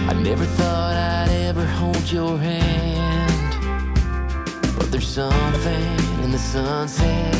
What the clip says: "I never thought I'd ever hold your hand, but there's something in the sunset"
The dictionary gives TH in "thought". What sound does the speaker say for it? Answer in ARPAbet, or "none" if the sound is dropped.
TH